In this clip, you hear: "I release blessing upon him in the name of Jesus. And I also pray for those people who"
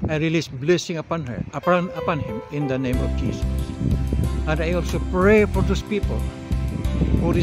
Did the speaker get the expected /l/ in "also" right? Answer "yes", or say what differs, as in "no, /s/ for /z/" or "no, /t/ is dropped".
yes